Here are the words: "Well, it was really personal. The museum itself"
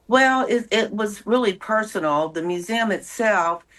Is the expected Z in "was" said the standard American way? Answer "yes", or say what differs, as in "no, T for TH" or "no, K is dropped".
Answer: yes